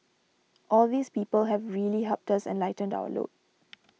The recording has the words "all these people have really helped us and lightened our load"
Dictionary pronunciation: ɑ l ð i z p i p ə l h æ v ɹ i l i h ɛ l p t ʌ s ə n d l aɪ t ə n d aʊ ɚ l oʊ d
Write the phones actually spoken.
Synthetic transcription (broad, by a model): ɑ l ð i s p i p ə l h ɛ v ɹ i l i h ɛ p t ʌ s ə n l aɪ t ə n d aʊ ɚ l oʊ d